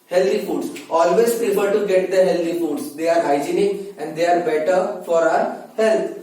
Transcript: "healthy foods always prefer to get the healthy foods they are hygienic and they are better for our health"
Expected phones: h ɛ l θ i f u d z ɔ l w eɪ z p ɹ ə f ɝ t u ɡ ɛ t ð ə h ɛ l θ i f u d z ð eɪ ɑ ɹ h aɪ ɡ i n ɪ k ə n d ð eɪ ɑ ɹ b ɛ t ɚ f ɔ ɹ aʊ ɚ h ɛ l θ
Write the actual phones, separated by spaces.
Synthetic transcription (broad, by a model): h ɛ l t i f u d s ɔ l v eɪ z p ə p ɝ t u ɡ ɛ t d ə h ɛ l t i f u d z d eɪ ɑ ɹ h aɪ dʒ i n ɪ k ə n d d eɪ ɑ ɹ b ɛ t ɚ f ɔ ɹ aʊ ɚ h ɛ l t